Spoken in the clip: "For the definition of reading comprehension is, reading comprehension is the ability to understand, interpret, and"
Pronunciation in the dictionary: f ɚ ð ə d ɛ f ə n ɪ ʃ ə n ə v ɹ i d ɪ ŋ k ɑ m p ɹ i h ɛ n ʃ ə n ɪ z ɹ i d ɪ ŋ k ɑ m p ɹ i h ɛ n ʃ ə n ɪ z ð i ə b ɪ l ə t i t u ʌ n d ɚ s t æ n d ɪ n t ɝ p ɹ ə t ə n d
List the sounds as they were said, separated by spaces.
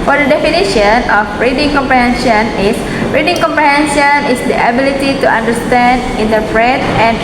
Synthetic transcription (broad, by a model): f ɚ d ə d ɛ f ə n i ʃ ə n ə f ɹ i d ɪ ŋ k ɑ m p ɹ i h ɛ n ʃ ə n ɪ s ɹ i d ɪ ŋ k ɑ m p ɹ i h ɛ n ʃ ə n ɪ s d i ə b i l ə t i t u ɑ n d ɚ s t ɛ n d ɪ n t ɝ f ɹ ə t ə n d